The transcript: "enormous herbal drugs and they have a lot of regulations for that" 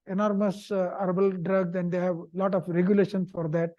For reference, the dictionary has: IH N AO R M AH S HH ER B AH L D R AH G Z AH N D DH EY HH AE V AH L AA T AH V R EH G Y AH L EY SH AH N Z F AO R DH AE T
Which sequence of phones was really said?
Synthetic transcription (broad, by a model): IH N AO R M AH S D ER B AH L D R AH G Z AH N D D EY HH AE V L AA T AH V R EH G Y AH L EY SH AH N S F AO R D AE T